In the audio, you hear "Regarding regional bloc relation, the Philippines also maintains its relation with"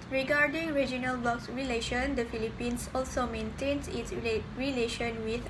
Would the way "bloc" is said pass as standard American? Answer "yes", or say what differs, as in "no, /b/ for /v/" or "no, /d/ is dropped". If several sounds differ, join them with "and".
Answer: no, /l/ is dropped